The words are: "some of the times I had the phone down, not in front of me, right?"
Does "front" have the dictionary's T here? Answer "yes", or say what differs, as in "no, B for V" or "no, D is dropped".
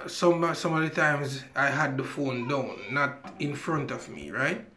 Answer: yes